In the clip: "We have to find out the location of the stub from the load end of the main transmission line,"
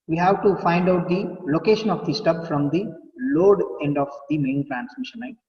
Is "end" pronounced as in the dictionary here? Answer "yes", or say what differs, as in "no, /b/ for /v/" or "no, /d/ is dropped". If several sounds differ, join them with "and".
yes